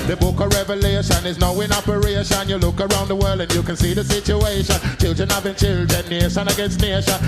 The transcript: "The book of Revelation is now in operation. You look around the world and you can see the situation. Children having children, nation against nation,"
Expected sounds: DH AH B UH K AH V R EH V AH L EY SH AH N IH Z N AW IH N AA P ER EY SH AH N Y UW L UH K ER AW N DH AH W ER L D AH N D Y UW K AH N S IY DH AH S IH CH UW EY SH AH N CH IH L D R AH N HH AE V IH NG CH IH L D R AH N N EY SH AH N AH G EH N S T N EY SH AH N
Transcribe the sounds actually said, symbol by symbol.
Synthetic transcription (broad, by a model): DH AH B UH K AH R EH V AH L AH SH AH N IH Z N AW IH N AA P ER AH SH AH N Y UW L UH K ER AW N DH AH W ER L D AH N Y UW K AH N S IY DH AH S IH CH UW EY SH AH N CH IH L D R AH N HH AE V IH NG CH IH L D R AH N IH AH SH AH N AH G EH N S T N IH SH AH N